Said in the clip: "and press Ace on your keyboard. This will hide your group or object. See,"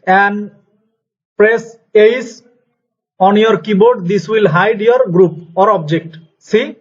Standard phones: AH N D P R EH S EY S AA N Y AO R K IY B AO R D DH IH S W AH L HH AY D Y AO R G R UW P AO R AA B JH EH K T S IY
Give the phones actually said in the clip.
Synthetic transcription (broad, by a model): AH N D P R EH S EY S AA N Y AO R K IY B AO R D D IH S W AH L HH AY D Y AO R G R UW P AO R AA B JH EH K T S IY